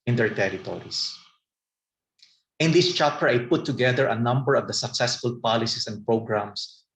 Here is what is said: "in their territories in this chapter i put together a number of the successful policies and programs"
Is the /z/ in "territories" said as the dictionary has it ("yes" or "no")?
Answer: no